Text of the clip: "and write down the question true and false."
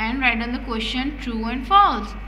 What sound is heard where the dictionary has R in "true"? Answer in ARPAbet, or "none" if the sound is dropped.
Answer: R